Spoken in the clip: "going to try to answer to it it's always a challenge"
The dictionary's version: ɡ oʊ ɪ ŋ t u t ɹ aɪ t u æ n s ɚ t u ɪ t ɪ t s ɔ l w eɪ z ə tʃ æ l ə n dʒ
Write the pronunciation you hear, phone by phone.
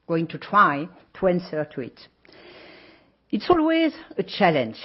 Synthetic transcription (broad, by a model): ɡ oʊ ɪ ŋ t u t ɹ aɪ t u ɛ n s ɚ t u ɪ t ɪ t s ɔ l w eɪ z ə tʃ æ l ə n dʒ